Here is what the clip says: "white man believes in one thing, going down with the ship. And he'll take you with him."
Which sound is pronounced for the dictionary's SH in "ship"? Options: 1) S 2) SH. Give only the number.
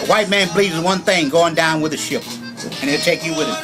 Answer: 2